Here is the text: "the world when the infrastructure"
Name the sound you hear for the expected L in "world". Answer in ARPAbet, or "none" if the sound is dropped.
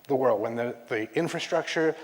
L